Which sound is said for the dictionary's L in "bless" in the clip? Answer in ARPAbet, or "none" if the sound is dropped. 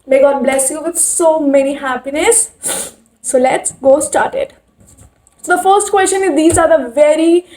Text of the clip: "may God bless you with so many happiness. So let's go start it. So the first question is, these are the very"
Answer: L